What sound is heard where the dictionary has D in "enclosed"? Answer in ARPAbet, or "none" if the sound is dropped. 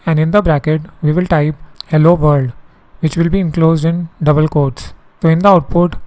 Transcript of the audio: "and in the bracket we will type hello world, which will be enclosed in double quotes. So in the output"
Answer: D